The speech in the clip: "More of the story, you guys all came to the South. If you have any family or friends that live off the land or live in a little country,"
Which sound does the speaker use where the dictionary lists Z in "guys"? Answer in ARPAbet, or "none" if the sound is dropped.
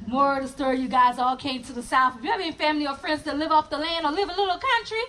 Z